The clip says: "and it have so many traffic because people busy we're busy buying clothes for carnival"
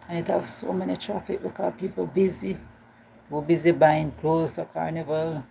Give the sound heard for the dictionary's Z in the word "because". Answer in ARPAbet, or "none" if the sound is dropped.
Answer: none